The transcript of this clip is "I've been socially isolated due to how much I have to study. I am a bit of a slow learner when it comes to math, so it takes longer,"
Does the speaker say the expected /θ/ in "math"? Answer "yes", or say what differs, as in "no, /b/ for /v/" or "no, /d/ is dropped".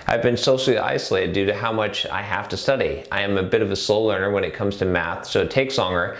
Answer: yes